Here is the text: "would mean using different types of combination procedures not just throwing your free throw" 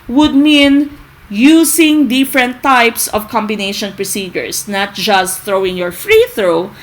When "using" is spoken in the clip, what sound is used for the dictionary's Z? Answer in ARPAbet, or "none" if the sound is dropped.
S